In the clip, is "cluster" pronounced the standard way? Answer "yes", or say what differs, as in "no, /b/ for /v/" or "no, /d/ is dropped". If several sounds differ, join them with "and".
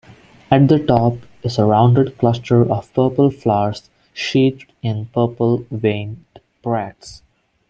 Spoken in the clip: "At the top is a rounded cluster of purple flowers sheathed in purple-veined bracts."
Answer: yes